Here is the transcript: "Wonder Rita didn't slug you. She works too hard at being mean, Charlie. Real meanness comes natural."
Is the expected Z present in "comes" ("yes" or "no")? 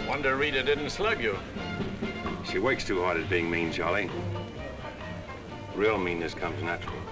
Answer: yes